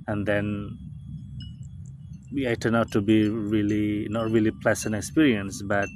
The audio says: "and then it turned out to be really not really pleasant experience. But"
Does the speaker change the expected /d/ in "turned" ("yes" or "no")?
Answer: yes